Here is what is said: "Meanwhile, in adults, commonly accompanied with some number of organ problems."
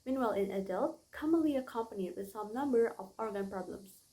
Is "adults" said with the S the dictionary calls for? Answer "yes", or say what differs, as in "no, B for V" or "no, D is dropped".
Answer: no, S is dropped